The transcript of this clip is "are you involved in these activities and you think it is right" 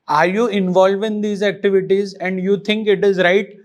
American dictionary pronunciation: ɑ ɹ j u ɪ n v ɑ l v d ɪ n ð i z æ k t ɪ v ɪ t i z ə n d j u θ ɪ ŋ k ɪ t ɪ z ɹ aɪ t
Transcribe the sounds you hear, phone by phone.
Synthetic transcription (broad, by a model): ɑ ɹ j u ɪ n v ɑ l v ɪ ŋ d i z æ k t ɪ v ɪ t i z ə n d j u t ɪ ŋ k ɪ t ɪ z ɹ aɪ t